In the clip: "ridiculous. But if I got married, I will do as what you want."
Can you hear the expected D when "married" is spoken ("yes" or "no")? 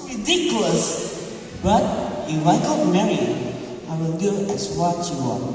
no